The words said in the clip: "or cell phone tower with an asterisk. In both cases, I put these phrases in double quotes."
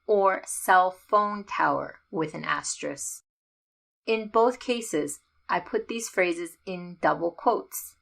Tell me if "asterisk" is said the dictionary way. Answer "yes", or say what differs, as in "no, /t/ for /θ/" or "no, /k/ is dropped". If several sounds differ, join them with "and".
no, /k/ is dropped